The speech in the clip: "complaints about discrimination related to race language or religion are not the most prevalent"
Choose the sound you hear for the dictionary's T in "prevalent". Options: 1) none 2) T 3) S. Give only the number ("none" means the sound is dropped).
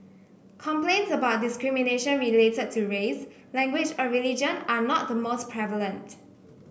2